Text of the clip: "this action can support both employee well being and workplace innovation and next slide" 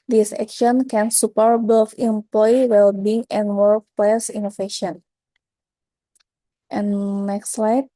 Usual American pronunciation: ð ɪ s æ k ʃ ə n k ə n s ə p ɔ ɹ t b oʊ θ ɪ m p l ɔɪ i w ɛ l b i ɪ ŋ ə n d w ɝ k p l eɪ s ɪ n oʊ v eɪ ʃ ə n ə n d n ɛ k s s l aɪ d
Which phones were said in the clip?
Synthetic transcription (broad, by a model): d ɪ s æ k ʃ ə n k ə n s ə p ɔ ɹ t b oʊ f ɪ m p l ɔɪ w ɛ l b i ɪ ŋ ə n w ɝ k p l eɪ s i n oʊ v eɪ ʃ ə n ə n n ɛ k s s l aɪ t